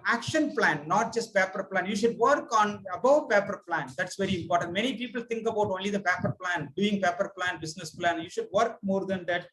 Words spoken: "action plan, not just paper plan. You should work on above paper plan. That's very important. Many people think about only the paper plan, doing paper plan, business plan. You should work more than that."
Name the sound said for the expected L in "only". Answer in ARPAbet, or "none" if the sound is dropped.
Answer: L